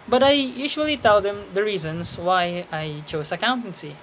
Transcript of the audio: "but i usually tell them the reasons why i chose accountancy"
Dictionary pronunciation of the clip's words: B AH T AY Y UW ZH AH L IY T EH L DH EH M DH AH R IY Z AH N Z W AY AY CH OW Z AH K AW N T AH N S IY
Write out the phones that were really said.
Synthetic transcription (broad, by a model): B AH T AY Y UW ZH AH L IY T EH L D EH M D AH R IY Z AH N S W AY AY CH OW S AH K AW N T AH N S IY